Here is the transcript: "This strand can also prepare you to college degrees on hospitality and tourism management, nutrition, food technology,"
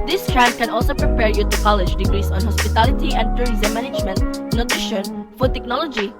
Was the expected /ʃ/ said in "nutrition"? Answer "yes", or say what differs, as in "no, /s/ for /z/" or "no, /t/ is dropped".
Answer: yes